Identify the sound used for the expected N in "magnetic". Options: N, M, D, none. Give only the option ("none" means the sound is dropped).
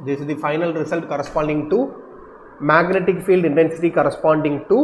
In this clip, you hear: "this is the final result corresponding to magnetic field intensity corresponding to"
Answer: N